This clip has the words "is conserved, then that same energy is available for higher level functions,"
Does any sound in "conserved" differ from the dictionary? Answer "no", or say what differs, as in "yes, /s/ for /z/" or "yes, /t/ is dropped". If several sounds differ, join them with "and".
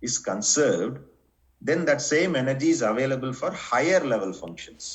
no